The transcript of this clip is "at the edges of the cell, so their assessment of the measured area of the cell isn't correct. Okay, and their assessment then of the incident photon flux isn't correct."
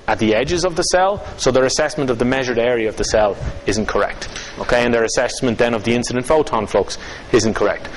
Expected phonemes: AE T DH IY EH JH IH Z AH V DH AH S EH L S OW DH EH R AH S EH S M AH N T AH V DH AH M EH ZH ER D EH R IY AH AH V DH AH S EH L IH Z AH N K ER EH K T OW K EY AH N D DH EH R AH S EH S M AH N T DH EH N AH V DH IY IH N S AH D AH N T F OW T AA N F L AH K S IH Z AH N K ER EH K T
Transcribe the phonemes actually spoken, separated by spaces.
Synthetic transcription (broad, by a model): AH T DH IY EH JH IH Z AH V DH AH S EH L S OW DH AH R AH S EH S M AH N T AH V DH AH M EH ZH ER D EH R IY AH AH V DH AH S EH L IH Z AH N K ER EH K T OW K EY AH N DH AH R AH S EH S M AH N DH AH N AH V DH IY IH N S AH D AH N T F OW T AA N F L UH K S IH Z AH N K ER EH K T